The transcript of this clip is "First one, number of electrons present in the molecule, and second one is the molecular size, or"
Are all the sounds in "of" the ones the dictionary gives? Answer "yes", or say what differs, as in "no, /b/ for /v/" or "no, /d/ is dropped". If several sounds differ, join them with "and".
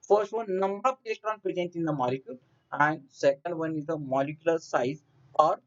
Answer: no, /p/ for /v/